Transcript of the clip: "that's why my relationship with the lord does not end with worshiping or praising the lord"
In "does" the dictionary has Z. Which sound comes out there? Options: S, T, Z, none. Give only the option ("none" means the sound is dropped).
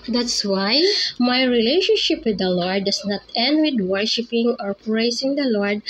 S